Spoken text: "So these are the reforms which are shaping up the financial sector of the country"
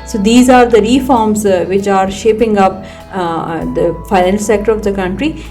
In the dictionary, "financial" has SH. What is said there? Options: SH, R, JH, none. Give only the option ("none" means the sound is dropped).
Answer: none